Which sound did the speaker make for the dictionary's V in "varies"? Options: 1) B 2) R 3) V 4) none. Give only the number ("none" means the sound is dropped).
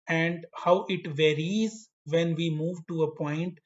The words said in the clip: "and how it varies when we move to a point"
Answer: 3